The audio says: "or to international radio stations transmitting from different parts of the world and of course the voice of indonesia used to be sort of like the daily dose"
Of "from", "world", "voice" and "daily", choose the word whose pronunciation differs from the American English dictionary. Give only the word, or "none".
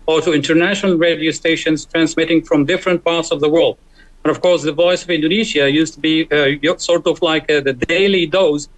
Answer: none